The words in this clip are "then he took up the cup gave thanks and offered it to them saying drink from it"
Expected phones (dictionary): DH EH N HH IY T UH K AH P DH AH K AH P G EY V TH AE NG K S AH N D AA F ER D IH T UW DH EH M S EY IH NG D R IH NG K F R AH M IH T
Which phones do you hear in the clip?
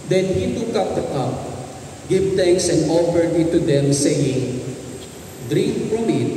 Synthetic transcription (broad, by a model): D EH N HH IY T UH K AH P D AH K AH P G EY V T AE NG K S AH N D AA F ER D IH T UW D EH M S EY IH NG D R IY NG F R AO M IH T